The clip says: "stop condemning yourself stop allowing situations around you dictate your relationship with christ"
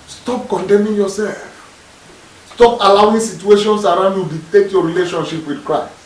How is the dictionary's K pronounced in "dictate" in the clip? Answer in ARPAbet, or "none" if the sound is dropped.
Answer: none